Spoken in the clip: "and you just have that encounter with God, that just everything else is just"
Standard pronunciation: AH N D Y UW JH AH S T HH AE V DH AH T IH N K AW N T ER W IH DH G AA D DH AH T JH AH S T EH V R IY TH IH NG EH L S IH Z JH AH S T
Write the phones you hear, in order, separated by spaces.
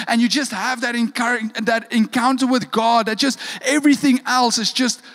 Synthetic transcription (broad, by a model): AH N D Y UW JH AH S T HH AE V DH AH T IH N K AW N T ER W IH DH G AA D DH AH T JH AH S T EH V R IY TH IH NG EH L S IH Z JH AH S T